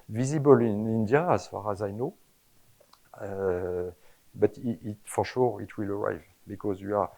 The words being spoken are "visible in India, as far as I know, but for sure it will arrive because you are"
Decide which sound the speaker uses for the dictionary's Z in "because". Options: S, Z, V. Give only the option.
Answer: Z